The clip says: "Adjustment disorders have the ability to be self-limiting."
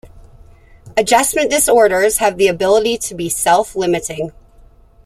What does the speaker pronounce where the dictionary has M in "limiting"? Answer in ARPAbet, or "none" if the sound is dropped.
M